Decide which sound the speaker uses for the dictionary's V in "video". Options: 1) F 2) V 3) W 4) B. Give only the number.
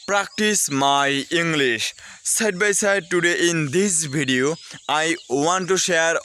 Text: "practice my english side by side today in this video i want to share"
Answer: 4